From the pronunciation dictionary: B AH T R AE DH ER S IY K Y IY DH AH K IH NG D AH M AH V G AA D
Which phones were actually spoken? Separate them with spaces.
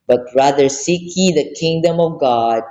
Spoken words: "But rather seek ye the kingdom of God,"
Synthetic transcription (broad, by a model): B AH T R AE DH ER S IY K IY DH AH K IH NG D AH M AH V G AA D